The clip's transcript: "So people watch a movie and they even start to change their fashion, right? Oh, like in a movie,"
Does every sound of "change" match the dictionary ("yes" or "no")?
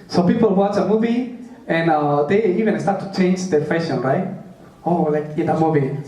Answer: yes